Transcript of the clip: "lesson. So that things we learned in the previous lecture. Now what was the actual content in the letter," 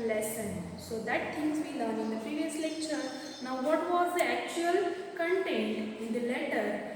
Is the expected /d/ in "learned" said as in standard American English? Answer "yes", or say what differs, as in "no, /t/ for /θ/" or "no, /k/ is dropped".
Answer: no, /d/ is dropped